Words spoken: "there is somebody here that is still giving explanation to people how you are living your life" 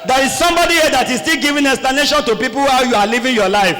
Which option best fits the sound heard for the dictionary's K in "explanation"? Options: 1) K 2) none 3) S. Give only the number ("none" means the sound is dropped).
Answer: 2